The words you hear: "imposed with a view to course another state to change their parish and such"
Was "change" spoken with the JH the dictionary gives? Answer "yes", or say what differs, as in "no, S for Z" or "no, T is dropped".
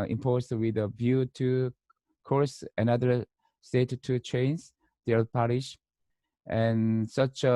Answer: no, Z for JH